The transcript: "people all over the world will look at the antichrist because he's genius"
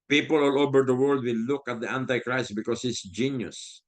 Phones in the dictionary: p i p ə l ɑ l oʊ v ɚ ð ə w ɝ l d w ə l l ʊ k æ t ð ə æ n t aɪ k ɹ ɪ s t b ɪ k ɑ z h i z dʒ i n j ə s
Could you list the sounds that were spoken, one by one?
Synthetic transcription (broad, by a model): p i p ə l ɑ l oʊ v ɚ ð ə w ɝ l d w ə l l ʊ k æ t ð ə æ n t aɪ k ɹ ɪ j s b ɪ k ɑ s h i s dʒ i n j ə s